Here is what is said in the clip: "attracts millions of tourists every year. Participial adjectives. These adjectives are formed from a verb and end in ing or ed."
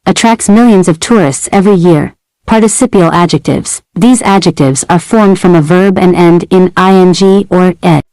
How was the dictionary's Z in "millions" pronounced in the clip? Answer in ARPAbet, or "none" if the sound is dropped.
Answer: Z